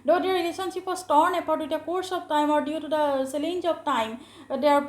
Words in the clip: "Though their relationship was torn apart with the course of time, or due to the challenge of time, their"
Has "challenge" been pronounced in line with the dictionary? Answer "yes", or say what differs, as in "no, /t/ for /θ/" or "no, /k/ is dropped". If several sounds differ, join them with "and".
no, /s/ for /tʃ/